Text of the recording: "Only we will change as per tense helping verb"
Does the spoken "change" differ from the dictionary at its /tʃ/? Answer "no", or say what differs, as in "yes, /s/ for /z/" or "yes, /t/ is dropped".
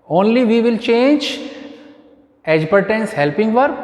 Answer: no